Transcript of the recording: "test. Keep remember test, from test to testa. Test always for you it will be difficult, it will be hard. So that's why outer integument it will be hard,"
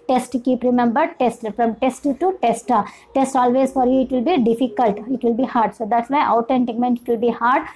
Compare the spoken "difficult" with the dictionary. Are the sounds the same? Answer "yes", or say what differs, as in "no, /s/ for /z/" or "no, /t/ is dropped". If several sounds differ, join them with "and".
yes